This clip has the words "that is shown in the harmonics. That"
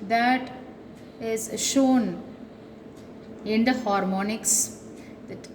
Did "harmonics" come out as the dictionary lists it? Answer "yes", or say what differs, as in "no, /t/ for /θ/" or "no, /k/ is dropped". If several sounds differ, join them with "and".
yes